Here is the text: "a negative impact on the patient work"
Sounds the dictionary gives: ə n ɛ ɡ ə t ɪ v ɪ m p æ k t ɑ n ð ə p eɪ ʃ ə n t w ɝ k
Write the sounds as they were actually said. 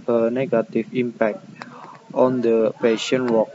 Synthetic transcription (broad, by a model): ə n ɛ ɡ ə t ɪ f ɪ m p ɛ k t ɑ n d ə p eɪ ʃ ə n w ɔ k